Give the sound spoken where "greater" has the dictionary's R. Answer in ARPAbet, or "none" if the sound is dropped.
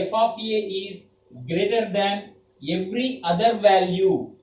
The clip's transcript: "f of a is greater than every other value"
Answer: R